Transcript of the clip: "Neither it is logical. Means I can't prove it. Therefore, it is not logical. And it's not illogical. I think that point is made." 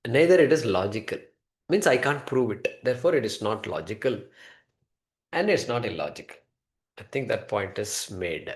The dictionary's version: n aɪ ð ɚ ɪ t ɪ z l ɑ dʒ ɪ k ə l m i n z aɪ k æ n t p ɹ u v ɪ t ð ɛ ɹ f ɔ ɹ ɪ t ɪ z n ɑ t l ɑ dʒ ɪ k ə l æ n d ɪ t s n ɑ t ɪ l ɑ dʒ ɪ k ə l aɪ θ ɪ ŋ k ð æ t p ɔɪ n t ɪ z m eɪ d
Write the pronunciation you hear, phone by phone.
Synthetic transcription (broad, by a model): n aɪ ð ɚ ɪ t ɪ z l ɑ dʒ ɪ k ə l m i n s aɪ k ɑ n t p ɹ u v ɪ t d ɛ ɹ f ɔ ɹ ɪ t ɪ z n ɑ t l ɑ dʒ ɪ k ə l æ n d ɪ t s n ɑ t ɪ l ɑ dʒ ɪ k ə l aɪ t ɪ ŋ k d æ t p ɔɪ n t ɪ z m eɪ d